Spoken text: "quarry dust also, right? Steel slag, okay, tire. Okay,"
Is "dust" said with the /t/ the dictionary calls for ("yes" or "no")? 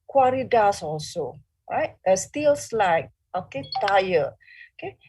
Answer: no